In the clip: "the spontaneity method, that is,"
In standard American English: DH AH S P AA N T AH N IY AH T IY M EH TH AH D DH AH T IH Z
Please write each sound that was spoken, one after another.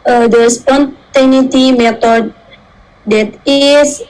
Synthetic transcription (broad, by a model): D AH S P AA N T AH N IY T IY M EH T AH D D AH T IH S